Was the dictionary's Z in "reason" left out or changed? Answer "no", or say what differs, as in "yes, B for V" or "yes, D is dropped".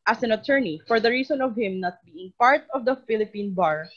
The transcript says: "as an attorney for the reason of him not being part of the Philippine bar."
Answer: yes, S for Z